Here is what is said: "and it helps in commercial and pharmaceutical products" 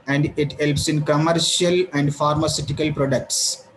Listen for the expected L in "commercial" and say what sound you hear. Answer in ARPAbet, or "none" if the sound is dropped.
L